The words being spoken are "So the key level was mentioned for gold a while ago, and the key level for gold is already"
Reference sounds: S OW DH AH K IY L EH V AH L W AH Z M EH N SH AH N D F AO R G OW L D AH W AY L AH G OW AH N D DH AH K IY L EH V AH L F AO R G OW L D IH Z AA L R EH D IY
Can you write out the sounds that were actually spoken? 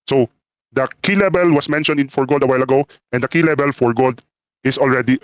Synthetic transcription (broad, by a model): S OW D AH K IY L EH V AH L W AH S M EH N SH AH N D F AO R G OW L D AH W AY L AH G OW AH N D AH K IY L EH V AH L F AO R G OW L D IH S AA L R EH D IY